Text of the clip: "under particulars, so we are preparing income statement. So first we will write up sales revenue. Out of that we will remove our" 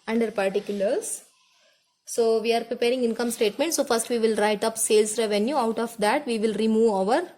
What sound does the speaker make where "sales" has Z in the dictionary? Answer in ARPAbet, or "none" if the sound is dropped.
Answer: S